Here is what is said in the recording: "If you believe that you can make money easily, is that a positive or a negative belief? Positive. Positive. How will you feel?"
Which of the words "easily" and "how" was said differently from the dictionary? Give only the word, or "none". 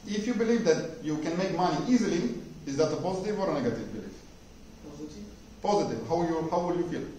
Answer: none